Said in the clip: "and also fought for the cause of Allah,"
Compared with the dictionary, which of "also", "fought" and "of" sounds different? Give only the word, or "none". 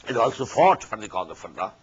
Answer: of